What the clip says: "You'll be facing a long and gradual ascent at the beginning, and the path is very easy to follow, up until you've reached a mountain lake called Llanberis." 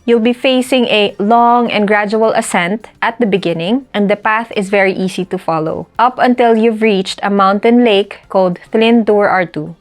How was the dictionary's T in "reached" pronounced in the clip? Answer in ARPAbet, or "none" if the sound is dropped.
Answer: T